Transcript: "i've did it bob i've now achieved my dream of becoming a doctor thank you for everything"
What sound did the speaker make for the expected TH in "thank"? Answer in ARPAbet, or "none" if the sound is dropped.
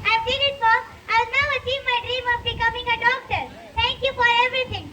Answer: T